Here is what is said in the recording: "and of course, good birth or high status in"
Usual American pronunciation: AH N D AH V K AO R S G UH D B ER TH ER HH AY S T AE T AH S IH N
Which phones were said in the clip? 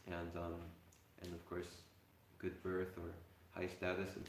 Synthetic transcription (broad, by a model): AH N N AH V K AO R S G UH D B ER TH ER HH AY S T AE T AH S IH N